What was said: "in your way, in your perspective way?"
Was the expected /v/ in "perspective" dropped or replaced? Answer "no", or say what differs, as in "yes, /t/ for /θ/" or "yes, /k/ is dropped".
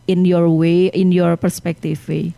yes, /f/ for /v/